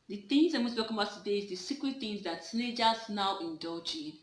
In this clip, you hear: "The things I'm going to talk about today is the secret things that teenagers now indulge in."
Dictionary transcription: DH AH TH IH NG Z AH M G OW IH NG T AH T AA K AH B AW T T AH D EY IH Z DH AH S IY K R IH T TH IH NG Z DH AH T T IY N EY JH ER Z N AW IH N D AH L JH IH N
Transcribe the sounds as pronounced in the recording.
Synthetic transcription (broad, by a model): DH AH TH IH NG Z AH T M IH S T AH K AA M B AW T T AH D EY IH Z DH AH S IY K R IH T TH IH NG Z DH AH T S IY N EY JH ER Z N AW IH N D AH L JH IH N